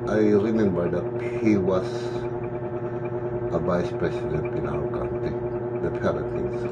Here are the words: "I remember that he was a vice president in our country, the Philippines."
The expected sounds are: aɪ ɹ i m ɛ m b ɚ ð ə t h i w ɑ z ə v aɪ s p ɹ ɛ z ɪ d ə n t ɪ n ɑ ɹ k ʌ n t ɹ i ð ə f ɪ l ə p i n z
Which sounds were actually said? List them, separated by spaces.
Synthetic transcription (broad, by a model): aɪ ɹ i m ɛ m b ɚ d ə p h i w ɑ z ə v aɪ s p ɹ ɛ s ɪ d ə n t ɪ n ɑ w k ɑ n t i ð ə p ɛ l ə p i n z